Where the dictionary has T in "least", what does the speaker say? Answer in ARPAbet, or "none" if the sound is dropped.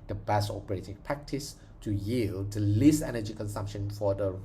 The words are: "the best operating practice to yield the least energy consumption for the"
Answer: none